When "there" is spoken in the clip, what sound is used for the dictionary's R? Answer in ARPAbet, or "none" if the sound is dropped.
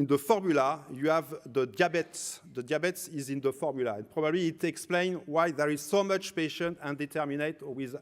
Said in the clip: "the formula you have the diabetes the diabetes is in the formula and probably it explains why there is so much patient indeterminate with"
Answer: R